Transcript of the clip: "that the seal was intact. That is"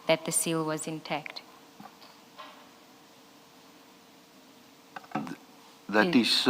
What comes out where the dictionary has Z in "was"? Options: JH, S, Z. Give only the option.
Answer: Z